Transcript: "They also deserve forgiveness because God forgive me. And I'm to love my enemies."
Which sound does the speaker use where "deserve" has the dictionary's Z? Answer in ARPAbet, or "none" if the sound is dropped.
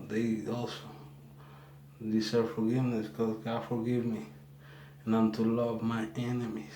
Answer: S